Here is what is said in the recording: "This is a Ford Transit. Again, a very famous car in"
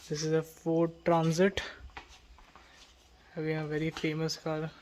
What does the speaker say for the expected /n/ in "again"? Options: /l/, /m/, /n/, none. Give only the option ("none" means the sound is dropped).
none